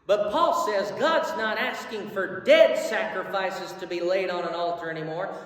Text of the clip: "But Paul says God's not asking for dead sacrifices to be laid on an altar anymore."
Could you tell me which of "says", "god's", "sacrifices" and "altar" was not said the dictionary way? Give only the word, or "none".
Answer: none